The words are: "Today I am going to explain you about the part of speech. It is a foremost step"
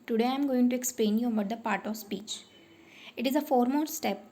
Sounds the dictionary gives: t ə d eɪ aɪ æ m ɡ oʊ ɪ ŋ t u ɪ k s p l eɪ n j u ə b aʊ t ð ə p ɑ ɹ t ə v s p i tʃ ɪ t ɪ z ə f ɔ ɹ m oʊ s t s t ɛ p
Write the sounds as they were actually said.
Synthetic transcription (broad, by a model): t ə d eɪ aɪ m ɡ oʊ ɪ ŋ t u ɪ k s p l eɪ n j u ə b aʊ t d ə p ɑ ɹ t ə v s p i tʃ ɪ t ɪ z ə f ɔ ɹ m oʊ t s t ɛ p